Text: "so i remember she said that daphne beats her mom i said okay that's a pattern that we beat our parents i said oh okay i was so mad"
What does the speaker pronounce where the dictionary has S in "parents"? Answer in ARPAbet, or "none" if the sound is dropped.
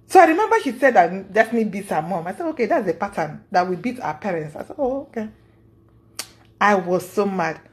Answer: S